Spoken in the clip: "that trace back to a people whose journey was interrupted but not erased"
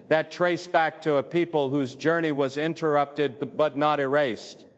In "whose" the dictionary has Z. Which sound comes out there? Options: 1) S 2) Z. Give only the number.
2